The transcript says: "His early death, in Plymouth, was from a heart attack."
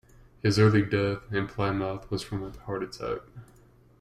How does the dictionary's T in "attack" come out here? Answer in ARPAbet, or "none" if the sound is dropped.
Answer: S